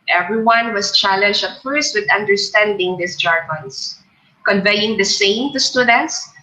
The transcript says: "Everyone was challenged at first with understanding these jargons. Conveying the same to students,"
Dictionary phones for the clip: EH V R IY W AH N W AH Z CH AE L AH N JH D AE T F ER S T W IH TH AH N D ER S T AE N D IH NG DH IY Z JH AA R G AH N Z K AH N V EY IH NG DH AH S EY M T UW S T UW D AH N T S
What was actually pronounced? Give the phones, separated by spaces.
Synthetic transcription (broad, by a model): EH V R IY W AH N W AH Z CH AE L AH N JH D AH T F ER S T W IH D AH N D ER S T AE N D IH NG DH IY S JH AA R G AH N S K AH N V EY IH NG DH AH S EY M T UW S T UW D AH N T S